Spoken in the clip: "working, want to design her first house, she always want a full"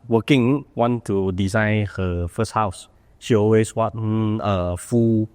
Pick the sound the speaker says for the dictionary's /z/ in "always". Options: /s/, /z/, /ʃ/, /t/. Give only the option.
/s/